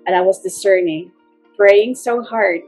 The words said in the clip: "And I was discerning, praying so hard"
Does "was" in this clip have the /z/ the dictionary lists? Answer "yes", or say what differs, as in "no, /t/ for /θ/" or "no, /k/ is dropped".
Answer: yes